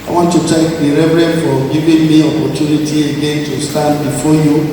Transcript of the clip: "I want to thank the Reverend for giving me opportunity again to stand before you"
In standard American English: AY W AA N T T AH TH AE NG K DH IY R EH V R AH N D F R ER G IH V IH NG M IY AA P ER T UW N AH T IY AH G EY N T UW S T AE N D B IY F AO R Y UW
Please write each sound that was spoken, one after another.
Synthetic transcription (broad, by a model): AY W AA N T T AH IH K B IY R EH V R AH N F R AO G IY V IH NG M IY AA P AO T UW N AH T IY AH G EY N T UW S T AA N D B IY F AO Y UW